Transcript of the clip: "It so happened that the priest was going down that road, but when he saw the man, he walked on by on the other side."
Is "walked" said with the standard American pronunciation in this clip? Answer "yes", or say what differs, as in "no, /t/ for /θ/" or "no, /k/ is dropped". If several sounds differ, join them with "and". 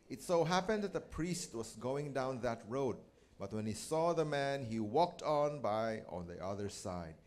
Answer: yes